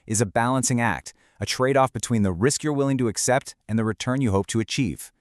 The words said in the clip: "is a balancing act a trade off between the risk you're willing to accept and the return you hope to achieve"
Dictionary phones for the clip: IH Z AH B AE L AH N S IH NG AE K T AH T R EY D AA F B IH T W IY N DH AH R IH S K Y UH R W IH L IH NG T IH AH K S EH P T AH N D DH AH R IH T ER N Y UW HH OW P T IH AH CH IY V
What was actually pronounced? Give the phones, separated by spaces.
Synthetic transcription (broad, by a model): IH Z AH B AE L AH N S IH NG AE K T AH T R EY D AA F B IH T W IY N DH AH R IH S K Y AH R W IH L IH NG T IH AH K S EH P T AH N DH AH R IH T ER N Y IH HH OW P T IH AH CH IY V